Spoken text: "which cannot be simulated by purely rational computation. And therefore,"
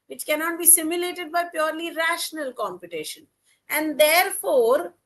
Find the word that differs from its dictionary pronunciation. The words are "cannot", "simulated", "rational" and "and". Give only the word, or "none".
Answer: none